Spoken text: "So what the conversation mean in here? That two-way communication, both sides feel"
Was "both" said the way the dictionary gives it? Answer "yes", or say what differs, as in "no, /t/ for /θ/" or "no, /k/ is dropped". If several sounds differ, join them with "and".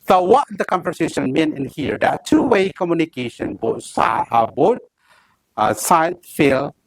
no, /s/ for /θ/